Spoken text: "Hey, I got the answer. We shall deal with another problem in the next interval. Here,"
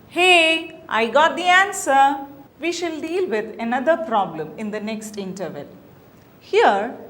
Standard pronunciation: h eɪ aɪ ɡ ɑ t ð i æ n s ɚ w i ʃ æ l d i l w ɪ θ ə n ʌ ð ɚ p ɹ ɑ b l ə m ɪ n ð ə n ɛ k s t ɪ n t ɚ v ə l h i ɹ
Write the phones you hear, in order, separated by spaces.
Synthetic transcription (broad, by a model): h eɪ aɪ ɡ ɑ t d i æ n s ɚ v i ʃ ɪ l d i l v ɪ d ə n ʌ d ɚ p ɹ ɑ b l ə m ɪ n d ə n ɛ k s t ɪ n t ɚ v ə l h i ɹ